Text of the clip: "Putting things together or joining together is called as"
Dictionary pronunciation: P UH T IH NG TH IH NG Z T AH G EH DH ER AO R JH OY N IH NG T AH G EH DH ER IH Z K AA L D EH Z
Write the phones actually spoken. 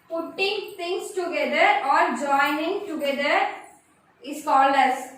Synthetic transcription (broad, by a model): P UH T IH NG T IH NG S T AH G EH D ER AO R JH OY N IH NG T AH G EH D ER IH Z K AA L EH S